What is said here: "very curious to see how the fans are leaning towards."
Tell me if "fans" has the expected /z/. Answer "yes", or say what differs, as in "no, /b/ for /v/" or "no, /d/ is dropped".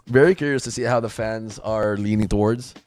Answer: yes